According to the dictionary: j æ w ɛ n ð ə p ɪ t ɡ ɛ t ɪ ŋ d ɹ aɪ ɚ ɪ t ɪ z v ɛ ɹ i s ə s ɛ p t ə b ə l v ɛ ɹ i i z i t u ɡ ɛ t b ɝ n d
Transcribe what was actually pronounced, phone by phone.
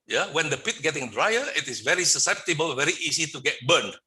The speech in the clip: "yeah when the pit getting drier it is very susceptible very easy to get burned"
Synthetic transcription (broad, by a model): j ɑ w ɛ n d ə p ɪ t ɡ ɛ t ɪ ŋ d ɹ aɪ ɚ ɪ t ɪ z v ɛ ɹ i s ə s ɛ p t ə b ə l v ɛ ɹ i i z i t u ɡ ɛ t b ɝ n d